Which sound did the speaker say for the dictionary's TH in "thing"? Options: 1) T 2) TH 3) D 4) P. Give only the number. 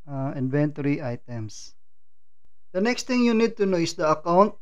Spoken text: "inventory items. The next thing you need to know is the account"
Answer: 1